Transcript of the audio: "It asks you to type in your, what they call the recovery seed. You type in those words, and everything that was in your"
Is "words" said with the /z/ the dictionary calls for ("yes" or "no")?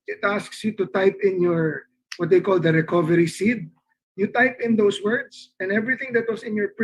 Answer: no